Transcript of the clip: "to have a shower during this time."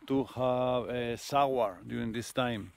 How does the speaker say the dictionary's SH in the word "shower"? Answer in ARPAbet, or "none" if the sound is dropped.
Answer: S